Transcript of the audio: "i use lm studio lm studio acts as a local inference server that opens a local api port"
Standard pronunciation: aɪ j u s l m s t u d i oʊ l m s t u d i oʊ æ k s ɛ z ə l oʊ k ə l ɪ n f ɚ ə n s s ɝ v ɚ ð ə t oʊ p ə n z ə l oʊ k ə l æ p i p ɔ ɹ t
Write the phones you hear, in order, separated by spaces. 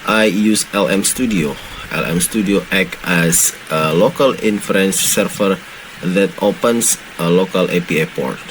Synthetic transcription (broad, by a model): aɪ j u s l m s t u d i oʊ l m s t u d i oʊ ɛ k ɛ s ə l oʊ k ə l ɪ n f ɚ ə n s s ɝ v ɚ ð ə t oʊ p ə n s ə l oʊ k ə l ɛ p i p ɔ ɹ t